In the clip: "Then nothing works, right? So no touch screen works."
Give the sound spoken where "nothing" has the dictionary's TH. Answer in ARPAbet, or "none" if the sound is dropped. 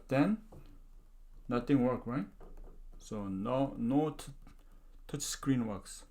T